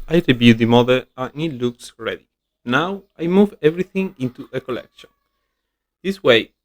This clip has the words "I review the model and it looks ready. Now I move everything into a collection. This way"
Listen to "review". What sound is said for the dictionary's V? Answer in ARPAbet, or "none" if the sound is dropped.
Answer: B